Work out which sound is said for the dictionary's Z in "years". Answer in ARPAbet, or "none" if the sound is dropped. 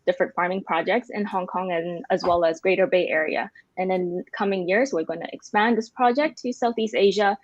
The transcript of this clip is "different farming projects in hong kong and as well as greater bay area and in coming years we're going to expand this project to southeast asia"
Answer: Z